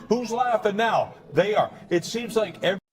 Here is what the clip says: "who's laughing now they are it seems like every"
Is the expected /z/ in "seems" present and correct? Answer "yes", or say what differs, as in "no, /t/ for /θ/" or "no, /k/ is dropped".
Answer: yes